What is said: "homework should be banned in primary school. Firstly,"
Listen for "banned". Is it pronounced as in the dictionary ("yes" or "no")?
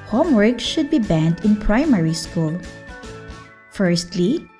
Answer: yes